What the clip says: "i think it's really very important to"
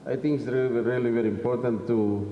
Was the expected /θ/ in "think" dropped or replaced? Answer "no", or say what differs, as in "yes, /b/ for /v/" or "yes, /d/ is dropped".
yes, /t/ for /θ/